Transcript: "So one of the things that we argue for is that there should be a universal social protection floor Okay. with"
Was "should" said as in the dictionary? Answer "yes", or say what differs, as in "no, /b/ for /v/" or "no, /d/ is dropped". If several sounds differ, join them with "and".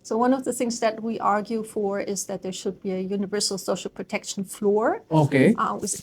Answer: yes